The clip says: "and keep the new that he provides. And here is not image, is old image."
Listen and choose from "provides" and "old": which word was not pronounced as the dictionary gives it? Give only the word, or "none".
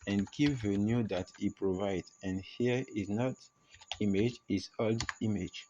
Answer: provides